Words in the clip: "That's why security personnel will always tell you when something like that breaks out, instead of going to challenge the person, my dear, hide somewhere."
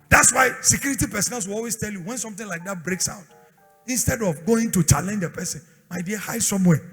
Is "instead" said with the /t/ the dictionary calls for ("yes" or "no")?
yes